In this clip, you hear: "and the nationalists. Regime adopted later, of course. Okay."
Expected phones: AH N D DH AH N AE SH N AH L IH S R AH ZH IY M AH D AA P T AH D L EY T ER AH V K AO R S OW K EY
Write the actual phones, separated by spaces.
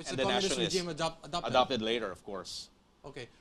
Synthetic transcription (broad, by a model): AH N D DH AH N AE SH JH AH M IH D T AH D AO AH D AA P T AH D L EY T ER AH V K AO R S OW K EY